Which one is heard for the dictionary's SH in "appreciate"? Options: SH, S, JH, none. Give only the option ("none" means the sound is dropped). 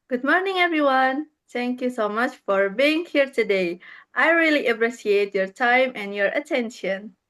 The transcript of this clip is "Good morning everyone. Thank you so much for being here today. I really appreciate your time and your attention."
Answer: S